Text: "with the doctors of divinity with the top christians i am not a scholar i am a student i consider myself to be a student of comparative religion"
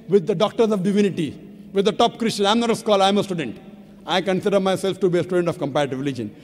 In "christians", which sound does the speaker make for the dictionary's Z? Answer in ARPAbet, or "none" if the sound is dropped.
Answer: none